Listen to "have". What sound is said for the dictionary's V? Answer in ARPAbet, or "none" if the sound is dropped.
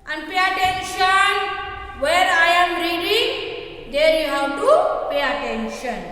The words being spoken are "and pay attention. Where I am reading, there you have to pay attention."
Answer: W